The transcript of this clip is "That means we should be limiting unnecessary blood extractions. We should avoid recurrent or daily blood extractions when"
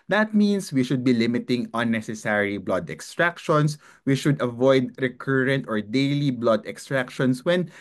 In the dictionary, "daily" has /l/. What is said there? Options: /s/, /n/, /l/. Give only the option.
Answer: /l/